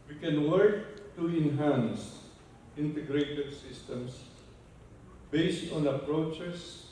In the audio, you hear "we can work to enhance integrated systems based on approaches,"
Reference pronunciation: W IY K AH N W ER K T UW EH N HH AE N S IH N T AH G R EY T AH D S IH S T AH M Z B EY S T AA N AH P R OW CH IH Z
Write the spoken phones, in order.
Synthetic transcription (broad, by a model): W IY K AH N W ER K T UW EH N HH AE N S IH N T AH G R EY T AH D S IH S T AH M S B EY S T AA N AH P R OW CH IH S